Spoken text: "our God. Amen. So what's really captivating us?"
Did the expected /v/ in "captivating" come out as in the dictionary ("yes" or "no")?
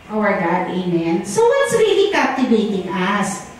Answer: no